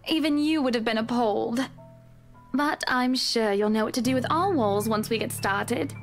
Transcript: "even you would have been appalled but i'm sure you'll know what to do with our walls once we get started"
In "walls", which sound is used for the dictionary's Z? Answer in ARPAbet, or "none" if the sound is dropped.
Z